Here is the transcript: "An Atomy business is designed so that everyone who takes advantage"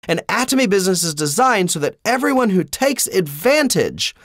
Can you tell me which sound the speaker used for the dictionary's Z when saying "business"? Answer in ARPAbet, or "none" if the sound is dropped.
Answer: Z